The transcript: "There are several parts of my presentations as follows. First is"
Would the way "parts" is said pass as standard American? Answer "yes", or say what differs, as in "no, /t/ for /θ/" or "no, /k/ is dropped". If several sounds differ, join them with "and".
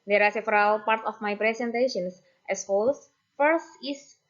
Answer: no, /s/ is dropped